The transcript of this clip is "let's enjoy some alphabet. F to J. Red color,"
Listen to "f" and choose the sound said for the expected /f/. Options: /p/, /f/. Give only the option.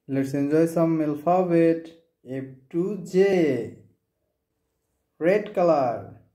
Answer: /p/